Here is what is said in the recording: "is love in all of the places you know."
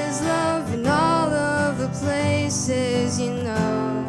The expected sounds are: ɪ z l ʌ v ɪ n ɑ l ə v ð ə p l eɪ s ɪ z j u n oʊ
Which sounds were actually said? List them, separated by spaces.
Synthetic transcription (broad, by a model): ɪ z l ʌ v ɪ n ɑ l ə v ð ə p l eɪ s ɪ z j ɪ n oʊ